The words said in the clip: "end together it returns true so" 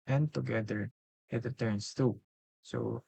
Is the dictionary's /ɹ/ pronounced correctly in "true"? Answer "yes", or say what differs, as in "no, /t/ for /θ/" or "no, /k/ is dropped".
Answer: no, /ɹ/ is dropped